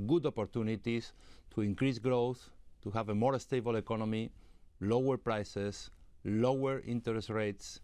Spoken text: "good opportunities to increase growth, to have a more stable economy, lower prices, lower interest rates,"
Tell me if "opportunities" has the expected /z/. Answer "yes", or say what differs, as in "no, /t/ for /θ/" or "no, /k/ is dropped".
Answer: no, /s/ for /z/